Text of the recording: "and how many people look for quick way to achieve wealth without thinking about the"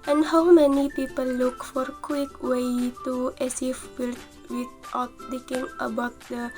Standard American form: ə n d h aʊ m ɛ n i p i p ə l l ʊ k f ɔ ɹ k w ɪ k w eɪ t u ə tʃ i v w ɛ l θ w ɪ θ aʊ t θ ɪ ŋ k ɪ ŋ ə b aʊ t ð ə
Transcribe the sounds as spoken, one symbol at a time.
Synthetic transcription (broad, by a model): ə n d h aʊ m ɛ n i p i p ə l l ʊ k f ɔ ɹ k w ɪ k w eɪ t u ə s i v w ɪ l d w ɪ t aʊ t t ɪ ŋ k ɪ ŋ ə b aʊ t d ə